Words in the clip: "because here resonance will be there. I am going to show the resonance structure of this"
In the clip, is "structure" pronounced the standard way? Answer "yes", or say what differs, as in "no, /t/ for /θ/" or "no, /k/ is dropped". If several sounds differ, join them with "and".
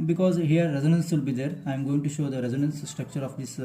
yes